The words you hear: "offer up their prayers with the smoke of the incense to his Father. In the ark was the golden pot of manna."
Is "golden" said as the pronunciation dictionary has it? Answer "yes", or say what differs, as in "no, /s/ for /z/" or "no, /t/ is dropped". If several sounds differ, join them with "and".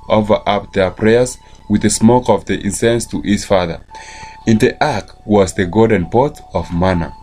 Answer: no, /l/ is dropped